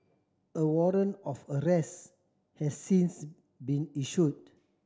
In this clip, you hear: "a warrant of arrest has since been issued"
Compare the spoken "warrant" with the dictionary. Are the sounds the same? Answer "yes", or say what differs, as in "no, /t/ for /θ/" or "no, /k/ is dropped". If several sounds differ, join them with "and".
no, /t/ is dropped